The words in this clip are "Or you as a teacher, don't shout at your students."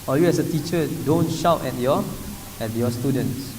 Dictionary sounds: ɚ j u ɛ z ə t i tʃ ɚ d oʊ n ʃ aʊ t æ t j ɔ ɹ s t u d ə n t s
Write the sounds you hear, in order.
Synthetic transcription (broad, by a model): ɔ j u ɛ s ə t i tʃ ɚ d oʊ n ʃ aʊ t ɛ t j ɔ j s t u d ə n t s